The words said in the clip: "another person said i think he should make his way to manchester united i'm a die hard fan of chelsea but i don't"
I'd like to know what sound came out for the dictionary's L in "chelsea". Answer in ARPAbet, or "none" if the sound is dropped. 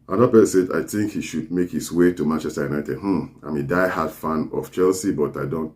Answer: L